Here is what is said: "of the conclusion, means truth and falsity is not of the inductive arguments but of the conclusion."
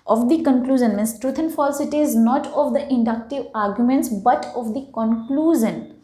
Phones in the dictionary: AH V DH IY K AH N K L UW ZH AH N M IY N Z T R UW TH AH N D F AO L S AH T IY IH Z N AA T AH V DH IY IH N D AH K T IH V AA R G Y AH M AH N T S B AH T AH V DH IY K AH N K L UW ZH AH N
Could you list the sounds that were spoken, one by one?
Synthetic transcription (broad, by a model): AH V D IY K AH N K L UW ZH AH N M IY N S T R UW T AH N F AO L S AH T IY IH Z N AA T AH V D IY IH N D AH K T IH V AA R G Y AH M AH N T S B AH T AH V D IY K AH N K L UW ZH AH N